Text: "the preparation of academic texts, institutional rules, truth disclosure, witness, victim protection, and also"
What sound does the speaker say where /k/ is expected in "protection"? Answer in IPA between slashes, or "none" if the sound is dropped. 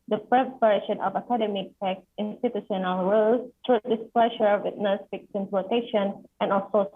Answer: none